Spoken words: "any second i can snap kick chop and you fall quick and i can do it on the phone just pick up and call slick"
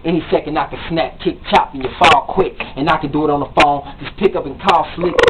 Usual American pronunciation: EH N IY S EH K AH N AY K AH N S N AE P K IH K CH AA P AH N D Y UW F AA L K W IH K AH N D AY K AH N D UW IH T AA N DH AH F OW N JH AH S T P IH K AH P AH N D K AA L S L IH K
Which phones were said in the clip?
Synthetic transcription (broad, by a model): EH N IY S EH K AH N AY K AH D S N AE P K IH K CH AA P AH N Y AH F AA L K W IH K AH N AY K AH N D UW IH T N DH AH F OW N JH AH S P IH K AH P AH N K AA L S L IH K